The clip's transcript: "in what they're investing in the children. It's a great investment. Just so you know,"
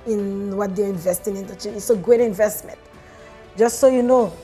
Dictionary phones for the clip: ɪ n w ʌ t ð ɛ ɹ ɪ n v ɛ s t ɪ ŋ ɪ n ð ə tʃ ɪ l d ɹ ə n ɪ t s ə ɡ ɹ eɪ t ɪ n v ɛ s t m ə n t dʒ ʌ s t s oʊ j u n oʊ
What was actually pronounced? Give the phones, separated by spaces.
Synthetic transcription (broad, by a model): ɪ n w ʌ t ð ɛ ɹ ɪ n v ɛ s t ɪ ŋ ɪ n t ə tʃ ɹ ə ɪ t s ə ɡ ɹ eɪ t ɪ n v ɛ s t m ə n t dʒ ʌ s t s oʊ j u n oʊ